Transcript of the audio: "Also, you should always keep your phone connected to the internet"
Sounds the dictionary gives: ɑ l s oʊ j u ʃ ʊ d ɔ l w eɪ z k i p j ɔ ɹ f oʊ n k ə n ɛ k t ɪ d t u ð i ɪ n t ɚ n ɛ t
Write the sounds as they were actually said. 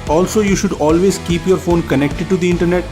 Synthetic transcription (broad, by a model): ɑ l s oʊ j u ʃ ʊ d ɔ l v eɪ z k i p j ɔ ɹ f oʊ n k ə n ɛ k t ɪ d t u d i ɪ n t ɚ n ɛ t